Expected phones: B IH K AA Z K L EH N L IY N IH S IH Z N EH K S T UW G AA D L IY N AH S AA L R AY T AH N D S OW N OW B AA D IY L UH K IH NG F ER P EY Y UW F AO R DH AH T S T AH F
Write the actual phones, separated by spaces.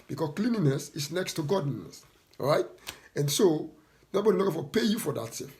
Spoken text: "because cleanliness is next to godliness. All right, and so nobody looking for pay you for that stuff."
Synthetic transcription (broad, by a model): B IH K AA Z K L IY N IY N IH S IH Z N EH K S T UW G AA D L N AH S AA R AY T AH N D S OW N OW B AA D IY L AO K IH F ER P EY Y UW F AO R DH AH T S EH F